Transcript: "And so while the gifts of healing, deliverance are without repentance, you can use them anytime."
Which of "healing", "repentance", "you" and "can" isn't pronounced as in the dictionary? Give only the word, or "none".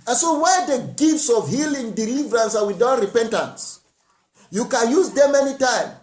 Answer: none